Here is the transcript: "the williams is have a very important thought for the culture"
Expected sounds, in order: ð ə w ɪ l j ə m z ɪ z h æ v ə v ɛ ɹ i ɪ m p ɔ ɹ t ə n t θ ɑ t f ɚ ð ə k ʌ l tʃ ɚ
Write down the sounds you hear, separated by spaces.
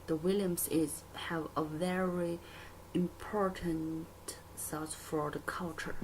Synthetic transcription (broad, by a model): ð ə w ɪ l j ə m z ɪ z h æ v ə v ɛ ɹ i ɪ m p ɔ ɹ t ə n t s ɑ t f ɚ ð ə k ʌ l tʃ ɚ